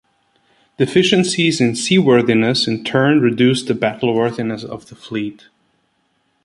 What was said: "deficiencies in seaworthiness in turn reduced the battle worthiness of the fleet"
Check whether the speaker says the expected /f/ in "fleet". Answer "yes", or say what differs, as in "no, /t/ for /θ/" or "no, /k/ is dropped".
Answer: yes